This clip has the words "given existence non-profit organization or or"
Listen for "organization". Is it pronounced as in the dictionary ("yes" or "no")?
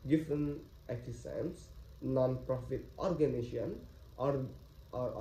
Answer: no